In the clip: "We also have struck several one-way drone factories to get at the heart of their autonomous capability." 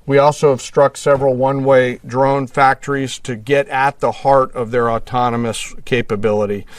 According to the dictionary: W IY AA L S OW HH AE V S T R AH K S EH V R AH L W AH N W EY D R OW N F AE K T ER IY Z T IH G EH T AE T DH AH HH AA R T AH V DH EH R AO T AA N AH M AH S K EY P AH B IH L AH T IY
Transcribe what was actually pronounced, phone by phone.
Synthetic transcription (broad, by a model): W IY AA L S OW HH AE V S T R AH K S EH V R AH L W AH N W EY D R OW N F AE K T ER IY Z T IH G EH T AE T DH AH HH AA R T AH V DH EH R AO T AA N AH M AH S K EY P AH B IH L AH T IY